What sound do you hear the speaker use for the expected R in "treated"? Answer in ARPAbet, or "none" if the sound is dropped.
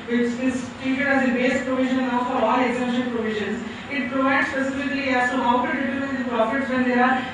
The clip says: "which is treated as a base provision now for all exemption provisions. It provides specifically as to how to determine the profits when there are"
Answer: none